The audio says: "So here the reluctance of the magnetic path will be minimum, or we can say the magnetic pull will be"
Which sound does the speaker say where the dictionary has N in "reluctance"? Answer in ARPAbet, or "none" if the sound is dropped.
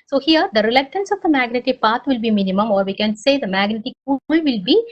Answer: N